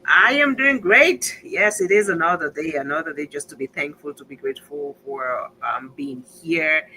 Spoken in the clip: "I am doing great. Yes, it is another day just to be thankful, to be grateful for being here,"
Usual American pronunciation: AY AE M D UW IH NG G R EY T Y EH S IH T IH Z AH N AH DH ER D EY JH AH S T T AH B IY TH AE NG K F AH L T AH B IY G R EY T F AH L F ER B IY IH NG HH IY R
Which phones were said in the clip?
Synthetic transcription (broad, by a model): AY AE M D UW IH NG G R EY T Y EH S IH T IH Z AH N AH DH ER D EY JH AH S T T AH B IY TH AE NG K F AH L T AH B IY G R EY T F AH L F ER B IY IH NG HH IY R